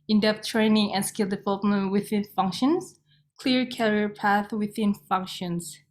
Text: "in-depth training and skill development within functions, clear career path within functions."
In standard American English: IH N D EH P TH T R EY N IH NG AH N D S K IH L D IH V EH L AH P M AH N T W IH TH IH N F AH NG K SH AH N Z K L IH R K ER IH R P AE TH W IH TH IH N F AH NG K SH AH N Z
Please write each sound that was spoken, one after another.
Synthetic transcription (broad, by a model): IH N D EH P T R EY N IH NG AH N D S K IH L D IH V EH L AH P M AH N T W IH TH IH N F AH NG K SH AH N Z K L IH R K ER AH R P AE TH W IH TH IH N F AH NG K SH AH N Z